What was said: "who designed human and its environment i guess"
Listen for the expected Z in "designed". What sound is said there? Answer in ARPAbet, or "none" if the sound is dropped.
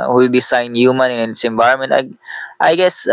S